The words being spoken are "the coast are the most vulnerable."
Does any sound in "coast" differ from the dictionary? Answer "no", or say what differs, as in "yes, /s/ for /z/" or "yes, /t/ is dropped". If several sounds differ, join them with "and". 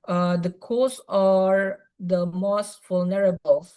yes, /t/ is dropped